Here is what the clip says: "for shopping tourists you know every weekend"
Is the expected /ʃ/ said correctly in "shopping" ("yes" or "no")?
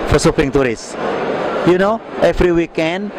no